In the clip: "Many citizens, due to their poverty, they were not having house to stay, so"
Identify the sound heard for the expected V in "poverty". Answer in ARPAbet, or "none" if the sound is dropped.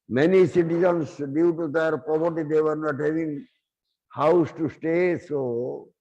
P